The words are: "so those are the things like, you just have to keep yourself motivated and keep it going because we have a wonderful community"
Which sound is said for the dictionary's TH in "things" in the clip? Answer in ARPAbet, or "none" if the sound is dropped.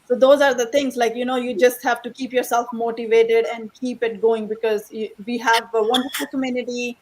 T